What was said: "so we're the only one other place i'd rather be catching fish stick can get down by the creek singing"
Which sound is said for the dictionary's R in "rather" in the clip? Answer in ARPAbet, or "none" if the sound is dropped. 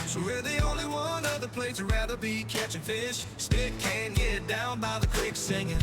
R